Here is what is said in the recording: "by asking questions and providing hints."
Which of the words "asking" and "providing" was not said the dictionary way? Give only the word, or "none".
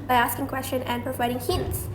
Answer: none